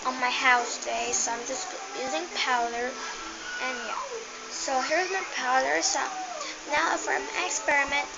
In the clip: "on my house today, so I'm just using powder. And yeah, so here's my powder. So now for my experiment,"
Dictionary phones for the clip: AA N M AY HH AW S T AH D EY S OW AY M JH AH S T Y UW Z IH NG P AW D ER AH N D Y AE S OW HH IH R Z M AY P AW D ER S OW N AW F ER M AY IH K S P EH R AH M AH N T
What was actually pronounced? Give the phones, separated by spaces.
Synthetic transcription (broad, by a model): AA N M AY HH AW S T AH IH S OW AY M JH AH S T Y UW Z IH NG P AW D ER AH N Y AE S OW HH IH R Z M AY P AW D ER S OW N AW F ER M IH K S P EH R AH M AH N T